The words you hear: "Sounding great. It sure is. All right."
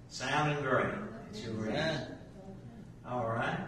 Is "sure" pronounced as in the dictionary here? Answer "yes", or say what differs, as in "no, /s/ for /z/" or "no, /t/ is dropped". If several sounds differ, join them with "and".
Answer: no, /s/ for /ʃ/